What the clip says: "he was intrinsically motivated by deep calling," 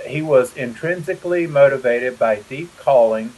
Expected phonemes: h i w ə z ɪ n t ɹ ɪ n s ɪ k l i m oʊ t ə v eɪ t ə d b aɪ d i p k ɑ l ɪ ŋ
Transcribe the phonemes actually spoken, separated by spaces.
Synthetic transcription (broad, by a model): h i w ə z ɪ n t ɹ ɪ n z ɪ k l i m oʊ t ə v eɪ t ə d b aɪ d i p k ɑ l ɪ ŋ